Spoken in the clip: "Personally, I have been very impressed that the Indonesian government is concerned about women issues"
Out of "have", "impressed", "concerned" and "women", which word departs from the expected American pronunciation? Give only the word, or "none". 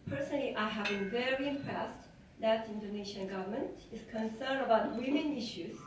none